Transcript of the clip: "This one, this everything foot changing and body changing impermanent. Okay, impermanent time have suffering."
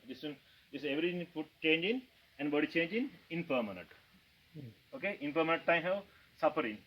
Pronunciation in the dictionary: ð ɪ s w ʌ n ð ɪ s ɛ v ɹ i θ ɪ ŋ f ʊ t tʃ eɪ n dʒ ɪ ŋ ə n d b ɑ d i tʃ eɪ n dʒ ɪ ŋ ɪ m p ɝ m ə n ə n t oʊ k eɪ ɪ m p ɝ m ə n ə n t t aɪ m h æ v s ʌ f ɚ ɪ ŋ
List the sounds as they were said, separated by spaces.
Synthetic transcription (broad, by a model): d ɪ s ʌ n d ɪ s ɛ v ɹ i t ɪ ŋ p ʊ t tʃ eɪ n dʒ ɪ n ə n d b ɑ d i tʃ eɪ n dʒ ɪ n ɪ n p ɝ m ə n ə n t oʊ k eɪ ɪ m p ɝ m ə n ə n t t aɪ m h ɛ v s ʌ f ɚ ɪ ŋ